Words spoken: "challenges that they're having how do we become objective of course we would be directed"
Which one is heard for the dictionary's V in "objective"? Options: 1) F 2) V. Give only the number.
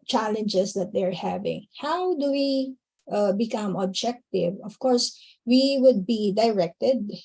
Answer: 2